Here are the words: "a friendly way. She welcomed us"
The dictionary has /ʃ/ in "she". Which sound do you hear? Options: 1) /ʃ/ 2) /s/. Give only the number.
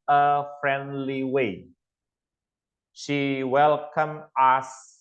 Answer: 1